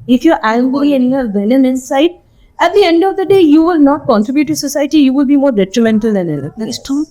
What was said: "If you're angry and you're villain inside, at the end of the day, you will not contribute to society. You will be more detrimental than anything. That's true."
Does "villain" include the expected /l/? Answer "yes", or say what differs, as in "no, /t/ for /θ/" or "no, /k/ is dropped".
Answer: no, /n/ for /l/